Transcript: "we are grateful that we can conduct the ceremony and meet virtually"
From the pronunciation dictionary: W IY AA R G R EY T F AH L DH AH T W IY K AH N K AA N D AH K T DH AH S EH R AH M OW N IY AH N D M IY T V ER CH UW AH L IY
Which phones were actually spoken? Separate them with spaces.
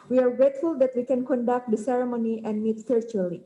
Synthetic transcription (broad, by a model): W IY AA R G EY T F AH L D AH T W IY K AH N K AA N D AH K T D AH S EH R AH M OW N IY AH N D M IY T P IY CH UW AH L IY